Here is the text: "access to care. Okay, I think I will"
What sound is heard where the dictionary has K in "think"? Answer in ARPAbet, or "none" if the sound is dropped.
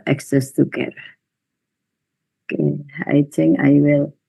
none